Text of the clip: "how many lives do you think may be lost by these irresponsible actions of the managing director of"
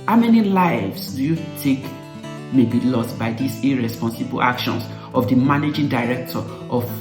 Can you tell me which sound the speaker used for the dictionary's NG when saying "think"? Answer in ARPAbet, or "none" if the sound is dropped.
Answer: none